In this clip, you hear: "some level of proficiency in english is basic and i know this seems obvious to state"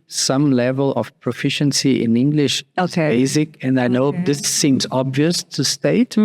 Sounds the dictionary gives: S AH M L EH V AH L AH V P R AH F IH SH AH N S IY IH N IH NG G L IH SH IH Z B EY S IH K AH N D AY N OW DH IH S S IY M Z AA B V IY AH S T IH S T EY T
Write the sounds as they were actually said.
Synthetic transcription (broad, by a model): S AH M L EH V AH L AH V P R AH F IH SH AH N S IY IH N IH NG G L IH SH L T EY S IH K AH N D AY N OW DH IH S S IY M Z AA B V IY AH S T IH S T EY T